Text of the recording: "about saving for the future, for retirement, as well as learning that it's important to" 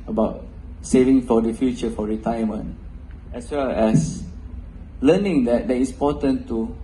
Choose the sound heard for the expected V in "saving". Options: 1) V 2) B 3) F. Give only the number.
1